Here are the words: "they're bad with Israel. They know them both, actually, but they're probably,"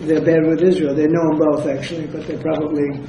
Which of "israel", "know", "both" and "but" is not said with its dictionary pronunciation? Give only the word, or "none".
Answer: none